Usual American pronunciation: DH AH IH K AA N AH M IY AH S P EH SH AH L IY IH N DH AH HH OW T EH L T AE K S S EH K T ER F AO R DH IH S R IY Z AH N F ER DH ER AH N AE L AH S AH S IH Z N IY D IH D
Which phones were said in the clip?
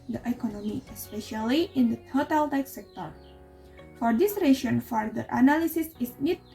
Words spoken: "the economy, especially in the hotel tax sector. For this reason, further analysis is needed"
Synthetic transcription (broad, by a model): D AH IH K AA N AH M IY AH S P EH SH AH L IY IH N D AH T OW T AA L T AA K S S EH K T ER F AO R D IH S R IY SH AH N F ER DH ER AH N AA L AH S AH S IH S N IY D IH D